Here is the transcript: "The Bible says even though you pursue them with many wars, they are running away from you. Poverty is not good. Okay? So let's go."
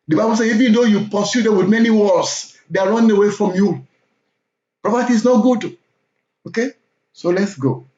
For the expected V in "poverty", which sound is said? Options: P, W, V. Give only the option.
P